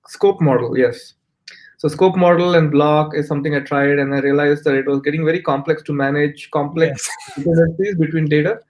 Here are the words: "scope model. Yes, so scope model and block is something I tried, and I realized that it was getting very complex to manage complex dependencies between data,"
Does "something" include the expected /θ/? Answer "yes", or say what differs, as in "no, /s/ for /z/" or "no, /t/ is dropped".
no, /t/ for /θ/